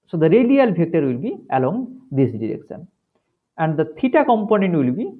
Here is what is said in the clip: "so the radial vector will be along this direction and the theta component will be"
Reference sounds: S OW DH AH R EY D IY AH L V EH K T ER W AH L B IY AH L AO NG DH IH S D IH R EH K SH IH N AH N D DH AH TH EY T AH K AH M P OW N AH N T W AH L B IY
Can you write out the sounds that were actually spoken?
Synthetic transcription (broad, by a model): S OW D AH R EY D IY AH L B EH K T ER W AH L B IY AH L AO NG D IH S D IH R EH K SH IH N AH N D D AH T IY T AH K AH M P OW N AH N T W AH L B IY